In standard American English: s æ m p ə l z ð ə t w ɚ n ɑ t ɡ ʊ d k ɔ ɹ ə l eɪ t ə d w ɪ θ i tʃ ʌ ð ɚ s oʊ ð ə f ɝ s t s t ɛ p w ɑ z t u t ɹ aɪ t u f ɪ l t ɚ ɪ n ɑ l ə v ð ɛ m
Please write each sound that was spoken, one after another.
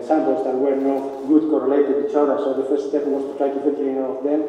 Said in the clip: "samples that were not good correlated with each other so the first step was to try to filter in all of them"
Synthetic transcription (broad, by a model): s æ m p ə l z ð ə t w ɚ n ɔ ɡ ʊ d k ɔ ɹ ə l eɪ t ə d i tʃ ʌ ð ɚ s oʊ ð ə f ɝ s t s t ɛ p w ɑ s t u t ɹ aɪ t u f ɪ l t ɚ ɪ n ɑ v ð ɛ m